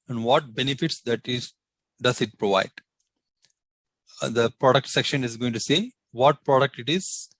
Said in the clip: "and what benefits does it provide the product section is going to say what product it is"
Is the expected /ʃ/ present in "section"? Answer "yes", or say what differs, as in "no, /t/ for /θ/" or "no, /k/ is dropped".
yes